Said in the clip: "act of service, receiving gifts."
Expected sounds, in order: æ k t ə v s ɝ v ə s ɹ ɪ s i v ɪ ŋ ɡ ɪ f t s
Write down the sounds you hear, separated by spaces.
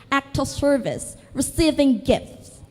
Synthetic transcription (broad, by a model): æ k t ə s ɝ v ə s ɹ ɪ s i v ɪ ŋ ɡ ɪ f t s